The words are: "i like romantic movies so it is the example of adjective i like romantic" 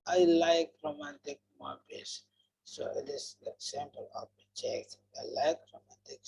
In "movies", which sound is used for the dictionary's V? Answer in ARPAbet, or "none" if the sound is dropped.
B